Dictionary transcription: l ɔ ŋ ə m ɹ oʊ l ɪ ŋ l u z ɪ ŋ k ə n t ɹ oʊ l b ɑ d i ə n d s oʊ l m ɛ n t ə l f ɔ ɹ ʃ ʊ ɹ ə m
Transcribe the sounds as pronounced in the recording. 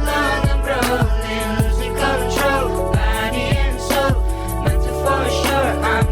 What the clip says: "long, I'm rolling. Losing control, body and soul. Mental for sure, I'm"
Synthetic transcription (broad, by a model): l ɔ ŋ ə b ɹ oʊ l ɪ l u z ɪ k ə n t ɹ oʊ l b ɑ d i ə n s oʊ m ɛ t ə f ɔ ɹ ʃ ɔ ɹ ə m